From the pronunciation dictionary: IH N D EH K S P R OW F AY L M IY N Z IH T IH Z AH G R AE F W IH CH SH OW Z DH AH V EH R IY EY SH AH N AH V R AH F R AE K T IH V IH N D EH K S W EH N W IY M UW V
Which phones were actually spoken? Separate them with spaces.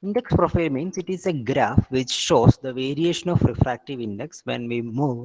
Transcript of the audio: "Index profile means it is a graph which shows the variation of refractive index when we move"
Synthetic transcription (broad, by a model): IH N D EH K S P R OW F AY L M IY N S IH T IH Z AH G R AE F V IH CH SH OW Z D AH V EH R IY EY SH AH N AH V R AH F R AE K T IH V IH N D EH K S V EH N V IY M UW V